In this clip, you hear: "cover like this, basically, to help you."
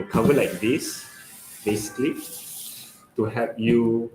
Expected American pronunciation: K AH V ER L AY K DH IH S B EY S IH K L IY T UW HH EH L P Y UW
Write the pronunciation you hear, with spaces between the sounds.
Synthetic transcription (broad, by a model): K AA V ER L AY K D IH S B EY S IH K L IY T UW HH EH P Y UW